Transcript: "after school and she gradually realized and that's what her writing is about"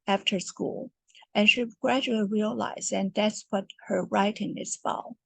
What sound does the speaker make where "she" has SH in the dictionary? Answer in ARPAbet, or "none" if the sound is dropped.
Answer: SH